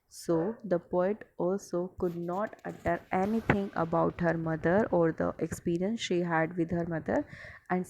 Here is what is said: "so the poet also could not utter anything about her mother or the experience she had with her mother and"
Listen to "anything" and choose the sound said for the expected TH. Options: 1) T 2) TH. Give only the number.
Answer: 1